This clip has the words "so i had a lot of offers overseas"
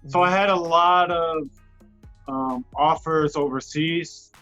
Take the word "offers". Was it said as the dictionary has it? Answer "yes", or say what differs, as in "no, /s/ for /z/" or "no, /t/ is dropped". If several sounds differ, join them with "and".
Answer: yes